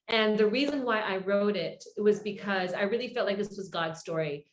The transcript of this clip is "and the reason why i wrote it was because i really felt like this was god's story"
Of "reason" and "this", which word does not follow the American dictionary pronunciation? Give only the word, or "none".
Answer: none